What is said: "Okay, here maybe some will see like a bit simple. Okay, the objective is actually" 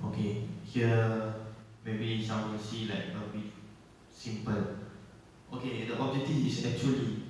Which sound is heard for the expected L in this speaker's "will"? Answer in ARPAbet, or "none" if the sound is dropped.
N